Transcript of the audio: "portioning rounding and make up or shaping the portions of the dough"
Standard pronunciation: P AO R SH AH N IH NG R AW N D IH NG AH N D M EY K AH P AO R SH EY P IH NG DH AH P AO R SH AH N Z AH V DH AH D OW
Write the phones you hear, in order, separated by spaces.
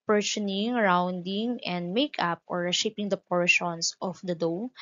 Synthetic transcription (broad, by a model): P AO R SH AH N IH NG R AW N D IH NG AH N D M EY K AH P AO R SH EY P IH NG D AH P AO R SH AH N S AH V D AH D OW